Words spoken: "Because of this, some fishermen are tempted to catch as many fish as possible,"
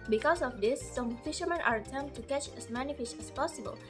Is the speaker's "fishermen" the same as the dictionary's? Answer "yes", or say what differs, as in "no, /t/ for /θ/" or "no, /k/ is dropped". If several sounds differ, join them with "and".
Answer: yes